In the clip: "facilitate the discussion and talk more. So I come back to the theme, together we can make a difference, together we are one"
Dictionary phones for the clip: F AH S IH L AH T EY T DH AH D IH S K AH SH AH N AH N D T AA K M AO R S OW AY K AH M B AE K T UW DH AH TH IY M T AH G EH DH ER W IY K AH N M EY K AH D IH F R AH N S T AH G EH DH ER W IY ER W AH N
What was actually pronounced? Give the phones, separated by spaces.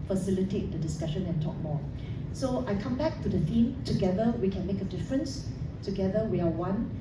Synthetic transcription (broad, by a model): F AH S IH L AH T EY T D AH D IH S K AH SH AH N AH N T AA K M AO S OW AY K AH M B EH K T UW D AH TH IY M T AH G EH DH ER W IY K AH N M EY K AH D IH F R AH N S T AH G EH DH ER W IY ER W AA N